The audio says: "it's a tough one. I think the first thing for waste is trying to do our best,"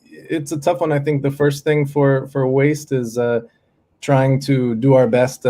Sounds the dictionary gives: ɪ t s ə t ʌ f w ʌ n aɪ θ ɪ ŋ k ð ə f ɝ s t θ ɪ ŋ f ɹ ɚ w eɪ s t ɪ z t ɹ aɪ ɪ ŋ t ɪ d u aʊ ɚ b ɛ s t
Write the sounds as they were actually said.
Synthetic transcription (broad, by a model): ɪ t s ə t ʌ f w ʌ n aɪ θ ɪ ŋ k ð ə f ɝ s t θ ɪ ŋ f ɹ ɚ w eɪ s t ɪ z t ɹ aɪ ɪ ŋ t ɪ d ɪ aʊ ɚ b ɛ s t